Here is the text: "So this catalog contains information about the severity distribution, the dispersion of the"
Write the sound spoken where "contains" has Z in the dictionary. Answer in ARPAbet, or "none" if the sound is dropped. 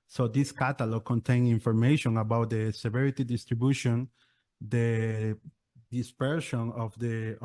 none